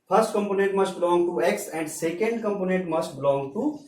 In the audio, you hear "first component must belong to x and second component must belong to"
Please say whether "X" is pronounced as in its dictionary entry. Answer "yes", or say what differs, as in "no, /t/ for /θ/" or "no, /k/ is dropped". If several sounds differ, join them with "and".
yes